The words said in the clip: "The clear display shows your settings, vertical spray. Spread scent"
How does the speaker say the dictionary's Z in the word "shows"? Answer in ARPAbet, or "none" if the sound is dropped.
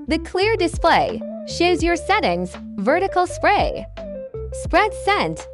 Z